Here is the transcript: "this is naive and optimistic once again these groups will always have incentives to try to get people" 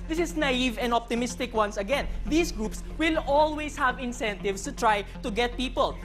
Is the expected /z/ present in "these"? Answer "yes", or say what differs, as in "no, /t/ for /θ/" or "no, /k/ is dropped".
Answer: no, /s/ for /z/